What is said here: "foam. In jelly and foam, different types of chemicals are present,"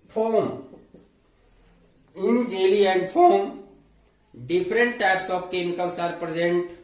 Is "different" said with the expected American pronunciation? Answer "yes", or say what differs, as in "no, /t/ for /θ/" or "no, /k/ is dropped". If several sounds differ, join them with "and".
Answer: no, /p/ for /f/